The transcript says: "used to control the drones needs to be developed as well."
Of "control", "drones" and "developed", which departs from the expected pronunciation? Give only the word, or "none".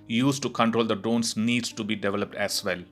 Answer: drones